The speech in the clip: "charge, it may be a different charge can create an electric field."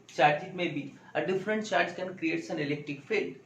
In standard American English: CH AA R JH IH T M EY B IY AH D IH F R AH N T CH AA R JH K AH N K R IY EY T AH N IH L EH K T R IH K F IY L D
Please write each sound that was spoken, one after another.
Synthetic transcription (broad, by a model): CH AA R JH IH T M EY B IY AH D IH F R AH N T CH AA R JH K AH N K R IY EY T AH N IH L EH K T IH K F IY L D